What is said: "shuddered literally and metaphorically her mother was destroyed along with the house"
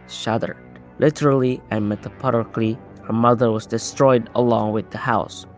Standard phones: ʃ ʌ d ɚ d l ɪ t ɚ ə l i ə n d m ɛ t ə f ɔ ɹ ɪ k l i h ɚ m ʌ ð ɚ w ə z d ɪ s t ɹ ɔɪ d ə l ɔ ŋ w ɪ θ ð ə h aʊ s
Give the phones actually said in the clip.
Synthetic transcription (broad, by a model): ʃ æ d ɚ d l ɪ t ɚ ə l i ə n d m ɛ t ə p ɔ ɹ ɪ k l i h ɚ m ʌ ð ɚ w ə z d ɪ s t ɹ ɔɪ d ə l ɔ ŋ w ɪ ð ə h aʊ s